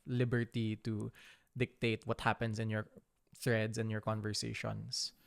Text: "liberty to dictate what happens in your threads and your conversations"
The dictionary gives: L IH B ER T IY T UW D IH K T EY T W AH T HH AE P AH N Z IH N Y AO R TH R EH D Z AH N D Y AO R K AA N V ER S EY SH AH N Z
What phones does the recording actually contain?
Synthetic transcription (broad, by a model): L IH B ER T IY T UW D IH K T EY T W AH T HH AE P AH N S IH N Y AO R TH R EH D S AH N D Y AO R K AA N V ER S EY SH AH N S